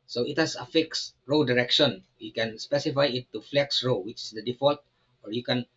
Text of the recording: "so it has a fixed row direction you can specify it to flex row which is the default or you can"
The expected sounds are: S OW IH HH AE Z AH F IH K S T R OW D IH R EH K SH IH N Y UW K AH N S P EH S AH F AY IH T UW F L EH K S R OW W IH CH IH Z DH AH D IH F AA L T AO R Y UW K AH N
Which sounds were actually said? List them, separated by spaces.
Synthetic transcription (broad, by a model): S OW IH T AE S AH F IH K S R OW D IH R EH K SH IH N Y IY K AH N S P EH S AH F AY IH T UW F L EH K S R OW W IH CH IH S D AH D IH F AA L T AO R Y UW K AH N